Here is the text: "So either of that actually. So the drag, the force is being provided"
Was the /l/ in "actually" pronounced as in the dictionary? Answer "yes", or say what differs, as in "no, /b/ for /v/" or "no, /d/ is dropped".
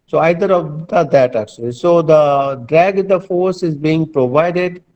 yes